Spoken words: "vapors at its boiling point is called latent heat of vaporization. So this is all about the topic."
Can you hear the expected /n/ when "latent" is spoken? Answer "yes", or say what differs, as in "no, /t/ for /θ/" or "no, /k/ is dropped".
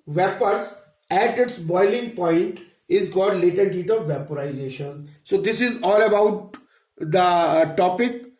no, /n/ is dropped